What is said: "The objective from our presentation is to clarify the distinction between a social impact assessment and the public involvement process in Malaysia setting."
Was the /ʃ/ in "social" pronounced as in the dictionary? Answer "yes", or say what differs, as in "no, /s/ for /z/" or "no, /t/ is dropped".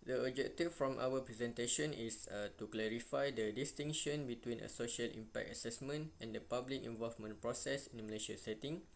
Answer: yes